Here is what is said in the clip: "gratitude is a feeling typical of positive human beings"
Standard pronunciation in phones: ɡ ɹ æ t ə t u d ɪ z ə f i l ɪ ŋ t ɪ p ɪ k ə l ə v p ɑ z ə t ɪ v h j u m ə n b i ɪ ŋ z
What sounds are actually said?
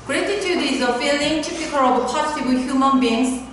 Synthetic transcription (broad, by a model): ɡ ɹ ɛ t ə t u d ɪ z ə f i l ɪ ŋ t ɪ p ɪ k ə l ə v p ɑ s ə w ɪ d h j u m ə n b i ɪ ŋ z